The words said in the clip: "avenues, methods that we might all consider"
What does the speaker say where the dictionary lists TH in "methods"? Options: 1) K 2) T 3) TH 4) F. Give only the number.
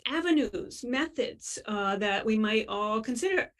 3